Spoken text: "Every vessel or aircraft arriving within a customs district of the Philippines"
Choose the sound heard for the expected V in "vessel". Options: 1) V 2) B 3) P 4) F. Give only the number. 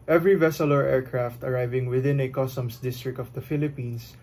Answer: 1